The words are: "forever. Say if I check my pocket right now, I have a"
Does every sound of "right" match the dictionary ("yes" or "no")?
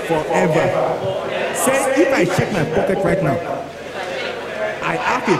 yes